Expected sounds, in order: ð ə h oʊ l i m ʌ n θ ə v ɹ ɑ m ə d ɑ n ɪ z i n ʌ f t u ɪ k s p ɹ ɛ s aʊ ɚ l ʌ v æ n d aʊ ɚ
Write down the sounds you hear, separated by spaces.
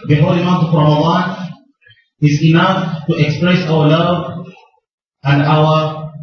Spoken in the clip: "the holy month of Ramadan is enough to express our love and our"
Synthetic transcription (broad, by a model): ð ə h oʊ l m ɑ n t ə v ɹ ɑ m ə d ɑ n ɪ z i n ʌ f t u ɪ k s p ɹ ɛ s aʊ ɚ l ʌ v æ n d aʊ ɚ